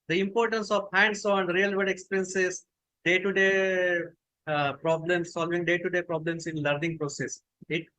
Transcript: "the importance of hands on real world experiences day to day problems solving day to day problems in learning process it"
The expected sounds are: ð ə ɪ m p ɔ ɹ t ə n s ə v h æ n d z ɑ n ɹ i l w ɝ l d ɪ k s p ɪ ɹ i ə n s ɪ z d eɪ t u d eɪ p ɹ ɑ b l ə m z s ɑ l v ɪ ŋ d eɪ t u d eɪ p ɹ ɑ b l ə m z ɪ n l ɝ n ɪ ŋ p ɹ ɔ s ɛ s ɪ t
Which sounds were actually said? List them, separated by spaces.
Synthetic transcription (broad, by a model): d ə ɪ m p ɔ ɹ t ə n s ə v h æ n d s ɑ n ɹ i l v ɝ d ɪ k s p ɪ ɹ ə n s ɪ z d eɪ t u d eɪ p ɹ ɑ b l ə m s ɑ l v ɪ ŋ d eɪ t u d eɪ p ɹ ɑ b l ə m s ɪ n l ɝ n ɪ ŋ p ɹ ɔ s ɛ s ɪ t